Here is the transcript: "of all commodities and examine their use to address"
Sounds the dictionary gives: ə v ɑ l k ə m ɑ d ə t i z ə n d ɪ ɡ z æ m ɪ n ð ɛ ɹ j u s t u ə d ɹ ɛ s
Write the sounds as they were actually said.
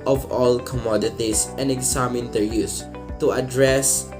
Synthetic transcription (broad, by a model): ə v ɑ l k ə m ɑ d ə t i s ə n d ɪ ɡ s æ m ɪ n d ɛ ɹ j u s t u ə d ɹ ɛ s